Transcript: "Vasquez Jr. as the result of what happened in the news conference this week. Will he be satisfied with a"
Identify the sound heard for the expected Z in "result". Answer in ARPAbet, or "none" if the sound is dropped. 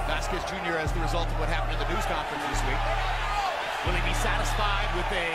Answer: Z